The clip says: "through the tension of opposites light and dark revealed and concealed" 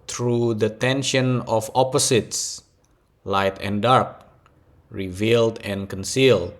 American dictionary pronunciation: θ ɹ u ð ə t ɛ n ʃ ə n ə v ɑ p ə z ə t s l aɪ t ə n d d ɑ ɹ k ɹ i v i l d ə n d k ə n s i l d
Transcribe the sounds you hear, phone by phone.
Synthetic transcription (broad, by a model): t ɹ u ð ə t ɛ n ʃ ə n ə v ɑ p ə s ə t s l aɪ t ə n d d ɑ ɹ k ɹ i v i l d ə n k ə n s i l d